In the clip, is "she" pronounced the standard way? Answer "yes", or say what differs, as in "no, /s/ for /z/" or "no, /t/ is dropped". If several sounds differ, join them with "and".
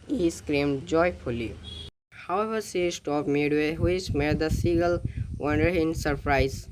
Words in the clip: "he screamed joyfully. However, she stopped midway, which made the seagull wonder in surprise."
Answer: no, /s/ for /ʃ/